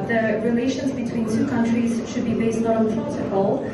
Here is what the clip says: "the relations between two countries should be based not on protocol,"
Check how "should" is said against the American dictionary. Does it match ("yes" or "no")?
yes